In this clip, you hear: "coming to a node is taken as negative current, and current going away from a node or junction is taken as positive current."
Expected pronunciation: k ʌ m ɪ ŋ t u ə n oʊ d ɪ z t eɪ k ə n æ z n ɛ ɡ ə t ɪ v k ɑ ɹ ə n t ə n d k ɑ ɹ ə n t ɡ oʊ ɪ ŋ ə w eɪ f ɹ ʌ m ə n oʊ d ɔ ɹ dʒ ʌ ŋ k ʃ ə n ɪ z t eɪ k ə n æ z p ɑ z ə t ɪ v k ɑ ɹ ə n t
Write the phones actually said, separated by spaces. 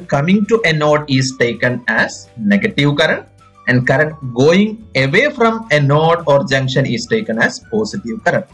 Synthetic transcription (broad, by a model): k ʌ m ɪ ŋ t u ə n oʊ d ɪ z t eɪ k ə n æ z n ɛ ɡ ə t ɪ v k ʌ ɹ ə n t ə n d k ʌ ɹ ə n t ɡ oʊ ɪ ŋ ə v eɪ f ɹ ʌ m ə n oʊ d ɔ ɹ dʒ ʌ ŋ k ʃ ə n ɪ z t eɪ k ə n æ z p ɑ s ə t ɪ v k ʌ ɹ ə n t